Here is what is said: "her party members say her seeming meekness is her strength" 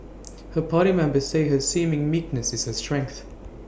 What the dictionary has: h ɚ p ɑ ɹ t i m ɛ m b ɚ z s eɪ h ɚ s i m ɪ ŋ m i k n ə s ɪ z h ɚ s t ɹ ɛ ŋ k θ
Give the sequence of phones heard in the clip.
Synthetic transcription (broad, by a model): h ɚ p ɑ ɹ t i m ɛ m b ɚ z s eɪ h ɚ s i m ɪ ŋ m i k n ə s ɪ z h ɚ s t ɹ ɛ ŋ k θ